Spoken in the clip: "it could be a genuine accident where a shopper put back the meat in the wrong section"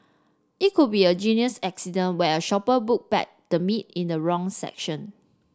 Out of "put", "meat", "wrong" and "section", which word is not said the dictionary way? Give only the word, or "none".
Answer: put